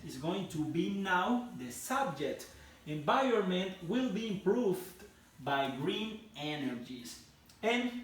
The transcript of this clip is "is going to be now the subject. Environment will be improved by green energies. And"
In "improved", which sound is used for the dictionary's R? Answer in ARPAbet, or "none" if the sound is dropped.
R